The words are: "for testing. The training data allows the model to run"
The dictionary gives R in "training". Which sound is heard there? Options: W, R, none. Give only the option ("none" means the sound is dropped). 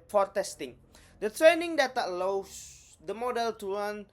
R